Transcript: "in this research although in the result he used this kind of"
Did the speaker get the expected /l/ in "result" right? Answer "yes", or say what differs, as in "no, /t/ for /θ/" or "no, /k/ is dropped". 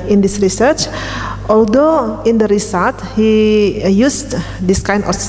no, /l/ is dropped